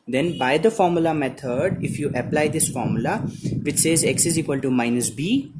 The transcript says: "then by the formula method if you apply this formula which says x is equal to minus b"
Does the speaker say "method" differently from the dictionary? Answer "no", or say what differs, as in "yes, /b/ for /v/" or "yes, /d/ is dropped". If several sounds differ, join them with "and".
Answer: yes, /t/ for /θ/